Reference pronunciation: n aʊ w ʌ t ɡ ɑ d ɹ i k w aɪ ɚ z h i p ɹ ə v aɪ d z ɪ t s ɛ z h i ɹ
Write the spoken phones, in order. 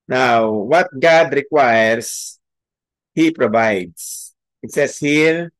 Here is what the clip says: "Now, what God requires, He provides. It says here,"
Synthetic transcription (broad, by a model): n aʊ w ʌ t ɡ ɑ d ɹ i k w aɪ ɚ s h i p ɹ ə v aɪ d s ɪ t s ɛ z h i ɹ